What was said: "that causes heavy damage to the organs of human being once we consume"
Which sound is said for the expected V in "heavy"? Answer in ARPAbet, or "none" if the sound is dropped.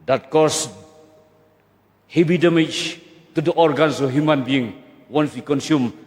B